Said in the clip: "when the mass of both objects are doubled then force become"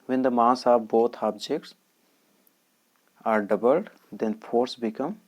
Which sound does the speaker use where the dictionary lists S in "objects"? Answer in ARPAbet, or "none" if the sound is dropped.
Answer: S